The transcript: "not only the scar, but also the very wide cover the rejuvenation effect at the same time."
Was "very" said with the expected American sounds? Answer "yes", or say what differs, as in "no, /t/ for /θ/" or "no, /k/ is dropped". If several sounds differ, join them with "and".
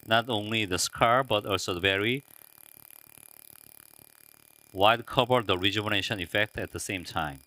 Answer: yes